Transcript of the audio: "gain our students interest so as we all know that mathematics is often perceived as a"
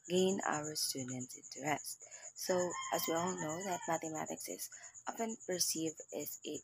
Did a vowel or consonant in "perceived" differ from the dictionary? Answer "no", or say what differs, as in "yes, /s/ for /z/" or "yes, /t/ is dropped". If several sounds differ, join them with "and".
yes, /d/ is dropped